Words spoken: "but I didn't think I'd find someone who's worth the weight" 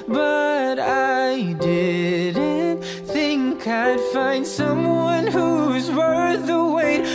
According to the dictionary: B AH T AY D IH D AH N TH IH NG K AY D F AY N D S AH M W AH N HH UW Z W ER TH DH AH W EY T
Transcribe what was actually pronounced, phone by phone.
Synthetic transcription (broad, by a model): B AH T AY D IH D N TH IH NG K AY D F AY N D S AH M W AH N HH UW Z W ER DH AH W EY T